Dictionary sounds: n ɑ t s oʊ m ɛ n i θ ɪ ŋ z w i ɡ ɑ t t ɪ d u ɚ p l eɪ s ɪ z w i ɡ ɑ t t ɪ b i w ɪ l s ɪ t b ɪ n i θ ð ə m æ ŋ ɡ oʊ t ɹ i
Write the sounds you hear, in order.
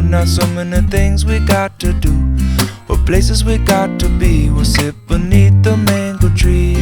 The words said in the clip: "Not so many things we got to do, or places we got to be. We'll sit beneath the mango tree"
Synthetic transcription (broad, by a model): n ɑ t s oʊ m ɛ n i θ ɪ ŋ z w i ɡ ɑ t t ɪ d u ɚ p l eɪ s ɪ z w i ɡ ɑ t t ɪ b i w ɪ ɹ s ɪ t b ɪ n i θ ð ə m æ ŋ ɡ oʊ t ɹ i